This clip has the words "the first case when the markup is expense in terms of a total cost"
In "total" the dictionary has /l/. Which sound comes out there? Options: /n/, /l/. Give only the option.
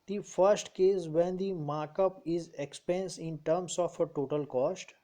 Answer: /l/